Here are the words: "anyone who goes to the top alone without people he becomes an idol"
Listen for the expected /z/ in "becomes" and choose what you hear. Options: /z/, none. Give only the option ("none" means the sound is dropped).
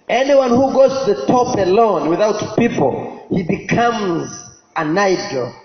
/z/